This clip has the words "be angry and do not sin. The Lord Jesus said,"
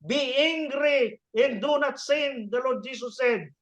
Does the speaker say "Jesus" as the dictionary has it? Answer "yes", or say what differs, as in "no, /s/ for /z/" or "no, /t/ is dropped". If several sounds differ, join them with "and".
no, /s/ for /z/